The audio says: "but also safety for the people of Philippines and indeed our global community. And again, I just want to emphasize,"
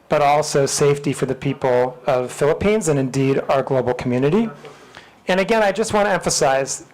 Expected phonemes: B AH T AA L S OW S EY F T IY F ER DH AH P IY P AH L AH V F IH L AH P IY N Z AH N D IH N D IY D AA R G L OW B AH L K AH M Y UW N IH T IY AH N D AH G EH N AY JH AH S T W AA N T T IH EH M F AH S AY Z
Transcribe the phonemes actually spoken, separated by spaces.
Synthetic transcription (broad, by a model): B AH T AA L S OW S EY F T IY F ER DH AH P IY P L AH V F IH L AH P IY N Z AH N IH N D IY D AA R G L OW B L K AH M Y UW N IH T IY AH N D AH G EH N AY JH AH S T W AA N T T IH EH M F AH S AY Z